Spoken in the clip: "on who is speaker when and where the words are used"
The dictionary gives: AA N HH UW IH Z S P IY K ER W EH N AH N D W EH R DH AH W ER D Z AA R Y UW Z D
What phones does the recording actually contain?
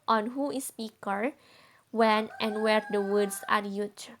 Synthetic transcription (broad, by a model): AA N HH UW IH S P IY K ER W EH N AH N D W EH R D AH W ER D S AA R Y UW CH